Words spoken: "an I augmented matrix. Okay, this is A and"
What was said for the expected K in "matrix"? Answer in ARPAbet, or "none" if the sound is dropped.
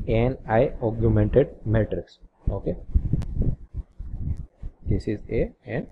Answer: K